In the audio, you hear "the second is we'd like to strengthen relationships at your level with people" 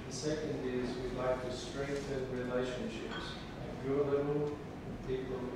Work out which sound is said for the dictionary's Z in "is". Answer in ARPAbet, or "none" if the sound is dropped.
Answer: Z